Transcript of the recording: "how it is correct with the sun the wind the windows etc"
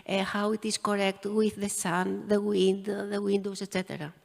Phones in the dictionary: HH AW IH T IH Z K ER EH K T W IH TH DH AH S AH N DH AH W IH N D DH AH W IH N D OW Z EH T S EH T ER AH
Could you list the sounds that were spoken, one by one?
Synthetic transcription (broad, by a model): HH AW IH T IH S K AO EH K T W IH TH DH AH S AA N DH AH W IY N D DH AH W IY N D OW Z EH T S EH T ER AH